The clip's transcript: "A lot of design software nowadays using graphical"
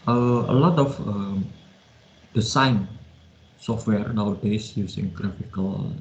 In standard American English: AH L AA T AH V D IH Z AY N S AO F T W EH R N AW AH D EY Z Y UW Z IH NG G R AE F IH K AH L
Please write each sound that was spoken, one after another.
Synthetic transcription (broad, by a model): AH L AA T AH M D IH S AY N S AO F T W EH R N AW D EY S Y UW S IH NG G R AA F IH K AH L